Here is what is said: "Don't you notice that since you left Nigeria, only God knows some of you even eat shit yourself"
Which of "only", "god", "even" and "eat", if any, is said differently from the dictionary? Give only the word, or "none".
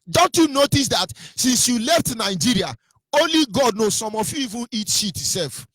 none